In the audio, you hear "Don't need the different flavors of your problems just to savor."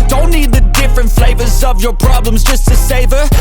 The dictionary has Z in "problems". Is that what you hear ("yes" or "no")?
yes